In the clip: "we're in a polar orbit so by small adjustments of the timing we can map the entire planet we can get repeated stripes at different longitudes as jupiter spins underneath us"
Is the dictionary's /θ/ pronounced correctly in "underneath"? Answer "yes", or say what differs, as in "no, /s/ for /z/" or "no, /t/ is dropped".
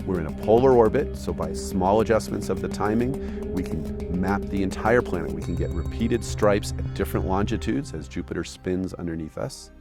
yes